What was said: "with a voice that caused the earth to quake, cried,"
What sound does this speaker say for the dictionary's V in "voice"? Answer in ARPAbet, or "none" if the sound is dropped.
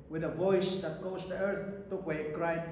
V